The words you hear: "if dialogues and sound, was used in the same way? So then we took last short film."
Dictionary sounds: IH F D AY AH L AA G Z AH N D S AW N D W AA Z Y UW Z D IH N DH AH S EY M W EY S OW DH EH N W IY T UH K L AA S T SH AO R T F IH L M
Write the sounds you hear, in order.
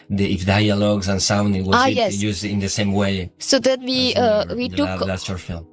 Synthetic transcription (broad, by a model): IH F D AY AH L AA G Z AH N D S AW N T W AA S Y UW Z D IH N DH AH S EY M W EY S OW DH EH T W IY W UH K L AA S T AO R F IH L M